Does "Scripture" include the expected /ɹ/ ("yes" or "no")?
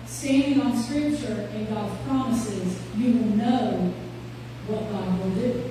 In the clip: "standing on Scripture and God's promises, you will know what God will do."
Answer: yes